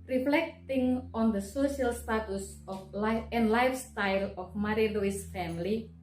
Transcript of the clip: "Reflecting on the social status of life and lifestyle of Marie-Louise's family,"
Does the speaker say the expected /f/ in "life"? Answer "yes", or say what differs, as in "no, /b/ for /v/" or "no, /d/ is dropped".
no, /f/ is dropped